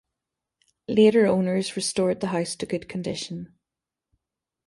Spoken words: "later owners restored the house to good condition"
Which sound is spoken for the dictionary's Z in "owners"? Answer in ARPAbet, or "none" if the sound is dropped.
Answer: Z